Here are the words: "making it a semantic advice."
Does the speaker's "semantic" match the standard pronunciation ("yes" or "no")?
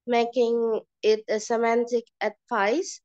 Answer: yes